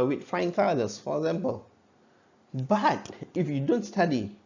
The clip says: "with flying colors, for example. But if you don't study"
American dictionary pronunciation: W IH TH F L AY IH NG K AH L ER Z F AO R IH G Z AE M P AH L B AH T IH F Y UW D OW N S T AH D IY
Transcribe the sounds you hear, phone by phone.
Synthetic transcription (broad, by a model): W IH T F AY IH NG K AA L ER S F AO R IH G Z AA M P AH L B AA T IH F Y UW D OW N S T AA D IY